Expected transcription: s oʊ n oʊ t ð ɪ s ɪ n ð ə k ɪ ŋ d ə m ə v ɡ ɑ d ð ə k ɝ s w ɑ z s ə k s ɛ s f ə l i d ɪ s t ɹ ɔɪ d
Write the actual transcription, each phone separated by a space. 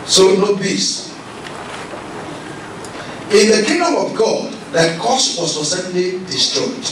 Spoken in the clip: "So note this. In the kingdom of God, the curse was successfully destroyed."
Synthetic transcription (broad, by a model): s oʊ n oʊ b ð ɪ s ɪ n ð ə k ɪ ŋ d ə m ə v ɡ ɑ d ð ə k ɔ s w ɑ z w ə s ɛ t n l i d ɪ s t ɹ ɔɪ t